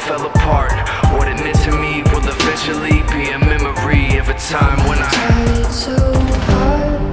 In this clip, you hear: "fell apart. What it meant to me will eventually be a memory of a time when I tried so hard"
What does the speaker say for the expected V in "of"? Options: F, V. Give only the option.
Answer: V